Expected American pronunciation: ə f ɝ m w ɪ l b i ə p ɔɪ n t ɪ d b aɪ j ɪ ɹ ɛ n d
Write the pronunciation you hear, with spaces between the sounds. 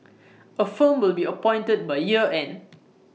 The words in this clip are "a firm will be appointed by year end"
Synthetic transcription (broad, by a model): ə f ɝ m w ɪ l b i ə p ɔɪ n t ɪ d b aɪ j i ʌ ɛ n